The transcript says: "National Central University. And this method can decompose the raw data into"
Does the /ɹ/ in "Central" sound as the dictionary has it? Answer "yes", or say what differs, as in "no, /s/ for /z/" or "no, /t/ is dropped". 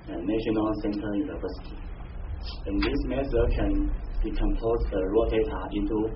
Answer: no, /ɹ/ is dropped